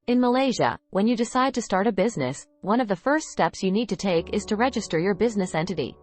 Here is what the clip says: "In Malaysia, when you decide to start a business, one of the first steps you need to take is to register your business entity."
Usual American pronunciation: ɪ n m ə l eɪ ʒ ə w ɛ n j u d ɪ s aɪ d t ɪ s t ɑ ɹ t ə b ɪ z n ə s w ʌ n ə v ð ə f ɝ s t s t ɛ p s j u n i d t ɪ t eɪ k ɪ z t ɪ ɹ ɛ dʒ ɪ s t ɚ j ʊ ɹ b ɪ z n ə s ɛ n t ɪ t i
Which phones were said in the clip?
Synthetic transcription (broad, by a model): ɪ n m ə l eɪ ʒ ə w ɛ n j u d ɪ s aɪ d t ɪ s t ɑ ɹ t ə b ɪ z n ə s w ʌ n ə v ð ə f ɝ s t s t ɛ p s j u n i d t ɪ t eɪ k ɪ z t ɪ ɹ ɛ dʒ ɪ s t ɚ j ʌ ɹ b ɪ z n ə s ɛ n t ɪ t i